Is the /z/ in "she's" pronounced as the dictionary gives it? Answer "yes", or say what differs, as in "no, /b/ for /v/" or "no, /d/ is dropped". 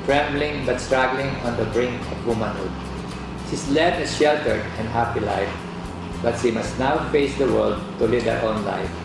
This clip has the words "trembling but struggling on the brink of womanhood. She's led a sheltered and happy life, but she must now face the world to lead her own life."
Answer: no, /s/ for /z/